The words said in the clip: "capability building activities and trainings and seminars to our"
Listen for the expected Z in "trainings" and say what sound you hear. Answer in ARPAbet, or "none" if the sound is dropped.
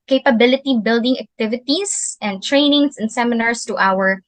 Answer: S